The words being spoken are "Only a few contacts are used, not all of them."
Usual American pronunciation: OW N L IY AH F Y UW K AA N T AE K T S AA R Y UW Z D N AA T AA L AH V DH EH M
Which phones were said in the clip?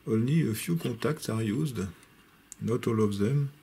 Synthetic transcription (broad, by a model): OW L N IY AH F Y UW K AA T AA K T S AA R Y UW Z D N AA T AA L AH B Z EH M